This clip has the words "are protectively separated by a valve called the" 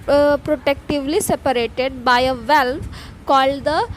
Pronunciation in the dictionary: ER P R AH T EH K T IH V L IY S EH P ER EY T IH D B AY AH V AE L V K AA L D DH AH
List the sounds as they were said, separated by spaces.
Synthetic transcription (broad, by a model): P R AH T EH K T IH V L IY S EH P ER EY T IH D B AY AH V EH L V K AA L D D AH